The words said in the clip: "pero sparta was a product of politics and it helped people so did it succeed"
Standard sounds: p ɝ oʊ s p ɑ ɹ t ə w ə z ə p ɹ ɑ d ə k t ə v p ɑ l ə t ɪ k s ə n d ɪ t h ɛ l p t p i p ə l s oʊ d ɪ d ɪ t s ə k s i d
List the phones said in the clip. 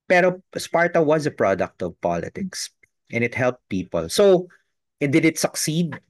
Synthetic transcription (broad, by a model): p ɝ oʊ s p ɑ ɹ t ə w ə z ə p ɹ ɑ d ə k t ə v p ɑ l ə t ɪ k s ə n ɪ t h ɛ l p t p i p ə l s oʊ d ɪ d ɪ t s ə k s i d